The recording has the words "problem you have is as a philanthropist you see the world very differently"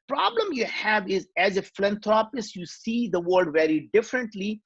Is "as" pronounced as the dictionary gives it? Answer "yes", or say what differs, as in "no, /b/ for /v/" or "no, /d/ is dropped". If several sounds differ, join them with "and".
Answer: yes